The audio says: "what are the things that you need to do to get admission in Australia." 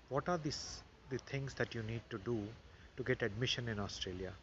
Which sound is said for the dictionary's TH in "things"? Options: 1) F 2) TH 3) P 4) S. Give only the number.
4